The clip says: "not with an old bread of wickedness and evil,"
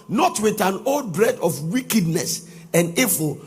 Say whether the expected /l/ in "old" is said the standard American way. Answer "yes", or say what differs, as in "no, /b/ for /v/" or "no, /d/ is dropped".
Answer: yes